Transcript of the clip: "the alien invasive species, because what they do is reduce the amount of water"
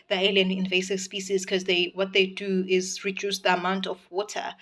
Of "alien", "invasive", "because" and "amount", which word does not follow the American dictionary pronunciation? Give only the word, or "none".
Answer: because